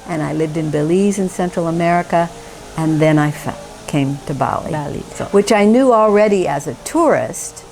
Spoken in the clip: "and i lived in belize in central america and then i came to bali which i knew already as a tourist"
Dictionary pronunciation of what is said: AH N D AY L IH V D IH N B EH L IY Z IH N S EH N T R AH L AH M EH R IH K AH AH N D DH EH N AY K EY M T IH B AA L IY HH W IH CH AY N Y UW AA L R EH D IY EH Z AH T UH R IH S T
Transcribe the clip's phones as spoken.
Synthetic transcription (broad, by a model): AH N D AY L IH V D IH N B EH L IY Z IH N S EH N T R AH L AH M EH R IH K AH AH N DH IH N AY K EY M T IH B AA L IY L W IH CH AY N Y UW AA L R EH D IY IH Z AH T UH R IH S T